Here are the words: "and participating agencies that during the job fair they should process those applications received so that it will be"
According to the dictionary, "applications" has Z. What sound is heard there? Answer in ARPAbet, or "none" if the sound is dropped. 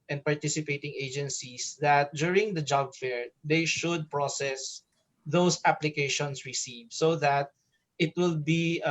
S